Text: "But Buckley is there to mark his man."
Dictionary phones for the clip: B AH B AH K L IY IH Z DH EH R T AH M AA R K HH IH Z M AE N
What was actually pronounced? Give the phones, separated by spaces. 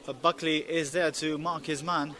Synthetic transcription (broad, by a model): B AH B AH K L IY IH Z DH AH R T AH M AA R K HH IH Z M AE N